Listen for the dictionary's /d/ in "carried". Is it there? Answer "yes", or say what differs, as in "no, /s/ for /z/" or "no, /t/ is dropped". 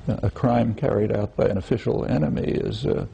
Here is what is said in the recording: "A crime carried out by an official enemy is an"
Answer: yes